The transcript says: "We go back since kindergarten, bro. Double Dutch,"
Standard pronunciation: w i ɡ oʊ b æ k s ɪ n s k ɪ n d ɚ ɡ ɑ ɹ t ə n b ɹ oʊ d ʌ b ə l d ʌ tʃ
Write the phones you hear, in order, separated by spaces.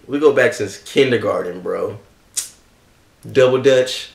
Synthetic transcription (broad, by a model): w i ɡ oʊ b æ k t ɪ s k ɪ n d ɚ ɡ ɑ ɹ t n b ɹ oʊ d ʌ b l d ʌ tʃ